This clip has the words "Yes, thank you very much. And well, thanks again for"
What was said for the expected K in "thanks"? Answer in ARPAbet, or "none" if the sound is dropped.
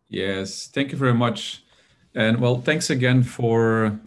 K